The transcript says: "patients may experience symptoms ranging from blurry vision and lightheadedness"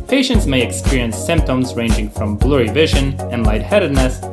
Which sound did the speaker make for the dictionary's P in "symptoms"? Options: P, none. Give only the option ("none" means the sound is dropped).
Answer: P